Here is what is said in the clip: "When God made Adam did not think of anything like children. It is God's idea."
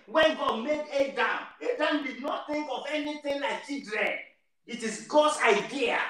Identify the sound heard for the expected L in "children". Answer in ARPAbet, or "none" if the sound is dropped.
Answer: none